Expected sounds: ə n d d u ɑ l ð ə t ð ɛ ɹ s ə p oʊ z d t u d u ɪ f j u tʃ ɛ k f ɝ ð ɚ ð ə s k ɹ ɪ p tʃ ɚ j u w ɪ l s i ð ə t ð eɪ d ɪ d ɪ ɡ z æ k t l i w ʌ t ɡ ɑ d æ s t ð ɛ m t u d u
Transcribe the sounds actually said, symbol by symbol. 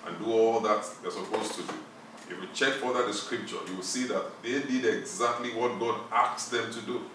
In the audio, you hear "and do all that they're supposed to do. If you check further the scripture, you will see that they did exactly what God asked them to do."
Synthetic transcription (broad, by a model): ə n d d u ɑ l ð ə t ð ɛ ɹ s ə p oʊ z t u d u ɪ f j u tʃ ɛ k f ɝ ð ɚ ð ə s k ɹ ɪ p tʃ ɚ j u w ɪ l s i ð ə t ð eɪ d ɪ d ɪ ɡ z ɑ k t l i w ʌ t ɡ ɑ d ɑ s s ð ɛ m t u d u